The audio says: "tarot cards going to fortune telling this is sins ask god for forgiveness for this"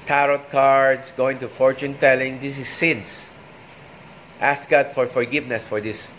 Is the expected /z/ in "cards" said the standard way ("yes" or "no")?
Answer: no